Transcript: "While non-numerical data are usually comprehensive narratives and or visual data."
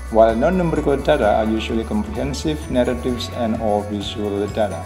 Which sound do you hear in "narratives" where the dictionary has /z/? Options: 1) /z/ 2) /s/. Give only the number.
2